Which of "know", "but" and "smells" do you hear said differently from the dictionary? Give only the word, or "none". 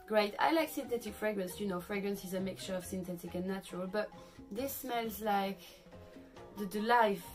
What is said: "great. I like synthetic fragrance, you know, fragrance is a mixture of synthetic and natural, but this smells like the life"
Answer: none